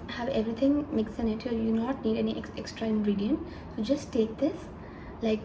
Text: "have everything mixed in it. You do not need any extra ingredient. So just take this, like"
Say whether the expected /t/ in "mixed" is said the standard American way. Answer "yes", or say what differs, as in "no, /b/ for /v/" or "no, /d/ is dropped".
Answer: no, /t/ is dropped